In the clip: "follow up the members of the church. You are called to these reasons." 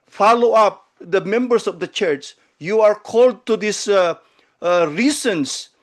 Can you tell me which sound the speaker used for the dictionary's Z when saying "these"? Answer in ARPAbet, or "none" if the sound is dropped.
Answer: S